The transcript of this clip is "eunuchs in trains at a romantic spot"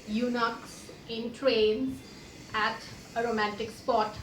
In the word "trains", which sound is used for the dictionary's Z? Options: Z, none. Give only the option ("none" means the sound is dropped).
none